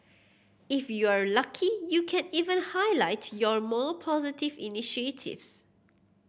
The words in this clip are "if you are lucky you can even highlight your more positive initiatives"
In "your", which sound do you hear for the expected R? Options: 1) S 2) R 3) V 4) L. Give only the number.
2